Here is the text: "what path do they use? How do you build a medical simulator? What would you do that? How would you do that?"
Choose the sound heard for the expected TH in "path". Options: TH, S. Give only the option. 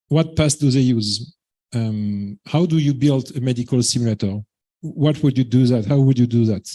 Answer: S